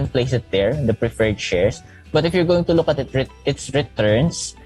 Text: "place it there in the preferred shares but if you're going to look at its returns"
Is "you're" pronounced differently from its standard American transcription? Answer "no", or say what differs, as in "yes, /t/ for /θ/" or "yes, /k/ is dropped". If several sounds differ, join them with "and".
no